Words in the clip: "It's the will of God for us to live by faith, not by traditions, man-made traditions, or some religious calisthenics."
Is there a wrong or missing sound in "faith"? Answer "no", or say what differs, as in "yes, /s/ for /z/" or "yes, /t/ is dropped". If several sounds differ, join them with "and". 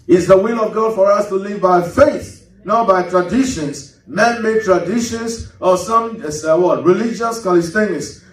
no